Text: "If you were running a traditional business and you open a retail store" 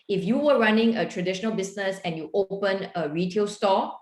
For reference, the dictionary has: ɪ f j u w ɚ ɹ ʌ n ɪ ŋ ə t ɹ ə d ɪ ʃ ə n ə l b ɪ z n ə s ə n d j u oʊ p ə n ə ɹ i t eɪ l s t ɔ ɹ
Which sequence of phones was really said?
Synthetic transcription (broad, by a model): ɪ f j u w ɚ ɹ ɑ n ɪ ŋ ə t ɹ ə d ɪ ʃ ə n ə l b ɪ s n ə s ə n j u oʊ p ə n ə ɹ i t eɪ l s t ɔ